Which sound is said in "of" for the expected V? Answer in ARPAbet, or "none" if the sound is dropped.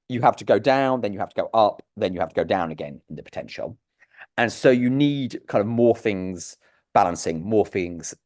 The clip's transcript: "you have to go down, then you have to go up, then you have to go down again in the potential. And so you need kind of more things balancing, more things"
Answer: V